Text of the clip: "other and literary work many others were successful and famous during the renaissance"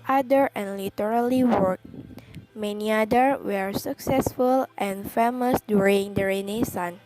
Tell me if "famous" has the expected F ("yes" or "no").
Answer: yes